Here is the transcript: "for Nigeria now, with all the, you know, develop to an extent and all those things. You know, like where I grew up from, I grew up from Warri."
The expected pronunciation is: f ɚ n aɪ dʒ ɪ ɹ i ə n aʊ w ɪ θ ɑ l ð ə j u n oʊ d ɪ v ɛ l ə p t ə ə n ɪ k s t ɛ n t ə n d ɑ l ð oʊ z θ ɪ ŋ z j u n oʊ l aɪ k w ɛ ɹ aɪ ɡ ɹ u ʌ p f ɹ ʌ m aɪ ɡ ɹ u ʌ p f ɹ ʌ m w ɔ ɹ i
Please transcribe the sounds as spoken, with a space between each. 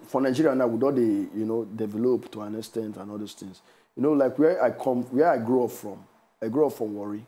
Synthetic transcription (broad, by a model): f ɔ n aɪ dʒ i ɹ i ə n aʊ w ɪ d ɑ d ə j u n oʊ d ɪ v ɛ l ə p t ə ə n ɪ s t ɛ n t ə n ɑ l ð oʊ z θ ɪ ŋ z j u n oʊ l aɪ k w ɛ w aɪ ɡ ɹ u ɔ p f ɹ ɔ m aɪ ɡ ɹ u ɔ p f ɹ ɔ m w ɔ ɹ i